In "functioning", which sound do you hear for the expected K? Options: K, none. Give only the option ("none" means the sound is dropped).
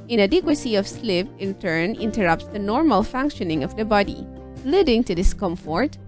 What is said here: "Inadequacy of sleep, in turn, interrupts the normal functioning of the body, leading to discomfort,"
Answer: K